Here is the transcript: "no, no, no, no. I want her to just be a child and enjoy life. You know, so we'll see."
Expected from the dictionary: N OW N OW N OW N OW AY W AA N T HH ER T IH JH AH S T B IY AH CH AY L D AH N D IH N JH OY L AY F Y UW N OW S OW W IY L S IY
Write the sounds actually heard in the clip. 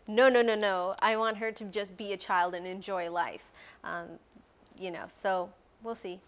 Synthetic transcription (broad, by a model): N OW N OW N OW N OW AY W AA N T HH ER T IH JH AH S B IY AH CH AY L D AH N IH N JH OY L AY F Y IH N OW S OW W IY L S IY